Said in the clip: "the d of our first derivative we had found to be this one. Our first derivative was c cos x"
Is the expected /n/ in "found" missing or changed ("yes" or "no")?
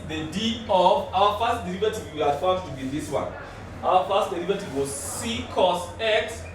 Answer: yes